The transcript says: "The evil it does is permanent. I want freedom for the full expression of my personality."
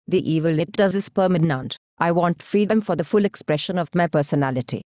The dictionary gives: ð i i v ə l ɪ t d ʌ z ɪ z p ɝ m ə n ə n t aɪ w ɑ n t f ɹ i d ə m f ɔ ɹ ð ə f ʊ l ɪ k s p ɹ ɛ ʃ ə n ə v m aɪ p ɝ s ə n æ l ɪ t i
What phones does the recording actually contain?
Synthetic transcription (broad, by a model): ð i i v ə l ɪ t d ʌ z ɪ s p ɝ m ə n ə n t aɪ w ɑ n t f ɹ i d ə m f ɔ ɹ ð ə f ʊ l ɪ k s p ɹ ɛ ʃ ə n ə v m aɪ p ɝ s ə n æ l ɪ t i